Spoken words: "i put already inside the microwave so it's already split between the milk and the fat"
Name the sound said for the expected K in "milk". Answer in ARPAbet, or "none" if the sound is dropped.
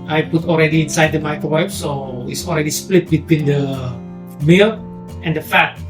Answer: none